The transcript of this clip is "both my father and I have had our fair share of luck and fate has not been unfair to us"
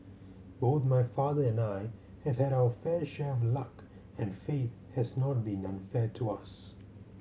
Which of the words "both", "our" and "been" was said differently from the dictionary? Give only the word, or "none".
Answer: none